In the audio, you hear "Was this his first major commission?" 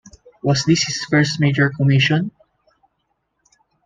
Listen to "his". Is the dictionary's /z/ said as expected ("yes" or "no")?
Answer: no